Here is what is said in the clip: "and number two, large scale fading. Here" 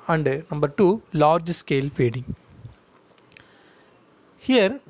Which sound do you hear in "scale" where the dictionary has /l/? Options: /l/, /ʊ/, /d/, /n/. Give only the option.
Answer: /l/